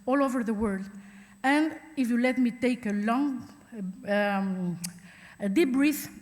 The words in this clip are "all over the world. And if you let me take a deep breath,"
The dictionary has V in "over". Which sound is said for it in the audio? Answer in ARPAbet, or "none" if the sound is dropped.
V